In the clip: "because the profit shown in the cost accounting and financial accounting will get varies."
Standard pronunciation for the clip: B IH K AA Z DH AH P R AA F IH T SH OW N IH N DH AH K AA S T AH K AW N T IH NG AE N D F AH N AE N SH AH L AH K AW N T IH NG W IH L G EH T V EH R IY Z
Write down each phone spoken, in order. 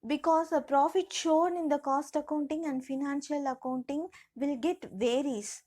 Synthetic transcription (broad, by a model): B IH K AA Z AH P R AA F IH T SH OW N IH N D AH K AA S T AH K AW N T IH NG AE N D F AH N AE N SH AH L AH K AW N T IH NG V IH L G EH T V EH R IY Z